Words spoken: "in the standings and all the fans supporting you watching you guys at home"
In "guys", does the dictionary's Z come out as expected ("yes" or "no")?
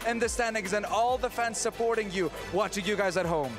yes